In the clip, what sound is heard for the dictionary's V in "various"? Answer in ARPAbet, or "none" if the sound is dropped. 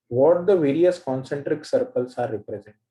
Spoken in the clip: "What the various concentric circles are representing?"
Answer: V